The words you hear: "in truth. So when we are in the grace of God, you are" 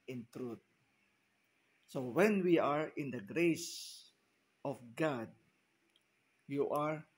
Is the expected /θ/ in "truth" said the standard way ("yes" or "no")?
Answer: no